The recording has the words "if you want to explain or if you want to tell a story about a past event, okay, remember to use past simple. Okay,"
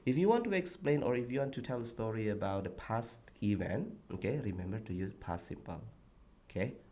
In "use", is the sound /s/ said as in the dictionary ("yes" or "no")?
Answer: no